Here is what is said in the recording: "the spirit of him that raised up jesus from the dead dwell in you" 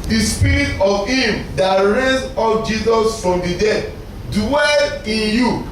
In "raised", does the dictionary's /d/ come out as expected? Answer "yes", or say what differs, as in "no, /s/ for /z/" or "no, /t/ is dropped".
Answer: no, /d/ is dropped